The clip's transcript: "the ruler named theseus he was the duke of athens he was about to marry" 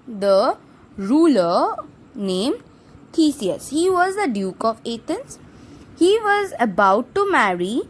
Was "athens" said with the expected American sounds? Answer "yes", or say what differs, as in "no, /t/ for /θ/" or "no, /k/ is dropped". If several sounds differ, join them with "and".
no, /t/ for /θ/